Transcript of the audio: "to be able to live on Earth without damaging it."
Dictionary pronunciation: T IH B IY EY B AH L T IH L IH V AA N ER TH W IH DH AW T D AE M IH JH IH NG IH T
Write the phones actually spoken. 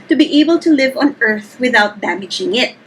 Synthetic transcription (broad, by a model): T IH B IY EY B AH L T IH L IH V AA N ER TH W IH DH AW T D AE M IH JH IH NG IH T